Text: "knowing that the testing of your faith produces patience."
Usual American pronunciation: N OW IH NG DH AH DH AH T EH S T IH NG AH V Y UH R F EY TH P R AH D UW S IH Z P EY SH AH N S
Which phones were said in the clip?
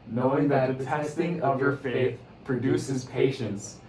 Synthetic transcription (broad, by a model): N OW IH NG DH AH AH T EH S T IH NG AH V Y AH R F EY TH P R AH D UW S IH Z P EY SH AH N S